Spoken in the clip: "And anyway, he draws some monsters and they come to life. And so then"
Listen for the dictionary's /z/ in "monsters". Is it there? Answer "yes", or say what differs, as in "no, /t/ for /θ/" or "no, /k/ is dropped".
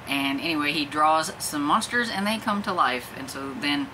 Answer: yes